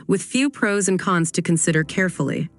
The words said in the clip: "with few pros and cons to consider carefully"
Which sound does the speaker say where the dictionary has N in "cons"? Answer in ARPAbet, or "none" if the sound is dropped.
N